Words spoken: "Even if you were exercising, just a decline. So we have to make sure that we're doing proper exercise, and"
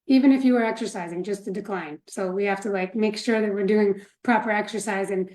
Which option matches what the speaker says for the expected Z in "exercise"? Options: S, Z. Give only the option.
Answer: Z